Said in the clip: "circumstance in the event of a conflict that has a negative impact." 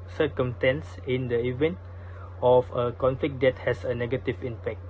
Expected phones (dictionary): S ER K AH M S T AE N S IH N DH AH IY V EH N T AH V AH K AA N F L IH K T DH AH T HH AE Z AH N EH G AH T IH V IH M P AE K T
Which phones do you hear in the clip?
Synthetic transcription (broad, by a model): S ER K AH M S T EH N S IH N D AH IY V EH N T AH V AH K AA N F L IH K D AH T HH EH S AH N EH G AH T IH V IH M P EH K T